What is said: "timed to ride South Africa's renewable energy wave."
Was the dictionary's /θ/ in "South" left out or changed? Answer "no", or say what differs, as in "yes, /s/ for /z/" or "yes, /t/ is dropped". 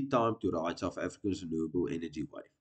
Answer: yes, /f/ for /θ/